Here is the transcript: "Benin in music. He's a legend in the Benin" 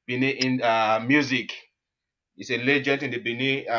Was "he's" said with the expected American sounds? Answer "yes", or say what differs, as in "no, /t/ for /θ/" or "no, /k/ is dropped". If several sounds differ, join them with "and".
no, /s/ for /z/